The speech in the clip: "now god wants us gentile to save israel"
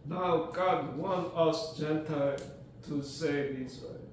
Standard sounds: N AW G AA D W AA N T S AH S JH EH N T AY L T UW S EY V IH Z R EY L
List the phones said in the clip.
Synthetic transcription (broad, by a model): N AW G AA D W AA N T AH S JH EH N T AY L T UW S EY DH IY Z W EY